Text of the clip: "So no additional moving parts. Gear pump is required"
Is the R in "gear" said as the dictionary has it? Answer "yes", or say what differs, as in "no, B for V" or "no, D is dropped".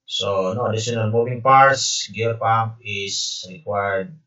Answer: no, L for R